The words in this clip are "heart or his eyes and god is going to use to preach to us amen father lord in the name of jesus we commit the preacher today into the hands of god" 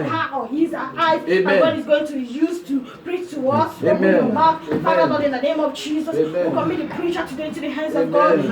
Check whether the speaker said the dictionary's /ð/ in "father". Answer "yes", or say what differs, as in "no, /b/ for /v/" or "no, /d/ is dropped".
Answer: no, /ð/ is dropped